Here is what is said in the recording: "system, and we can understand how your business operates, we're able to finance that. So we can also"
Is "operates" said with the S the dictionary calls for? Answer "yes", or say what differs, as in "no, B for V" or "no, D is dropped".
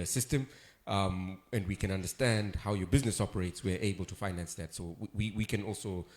yes